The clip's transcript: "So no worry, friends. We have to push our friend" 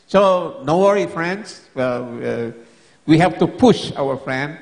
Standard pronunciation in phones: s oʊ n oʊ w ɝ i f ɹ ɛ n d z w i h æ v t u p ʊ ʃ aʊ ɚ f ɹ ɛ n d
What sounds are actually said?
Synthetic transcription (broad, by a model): s oʊ n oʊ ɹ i f ɹ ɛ n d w w i h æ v t u p ʊ ʃ aʊ ɚ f ɹ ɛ n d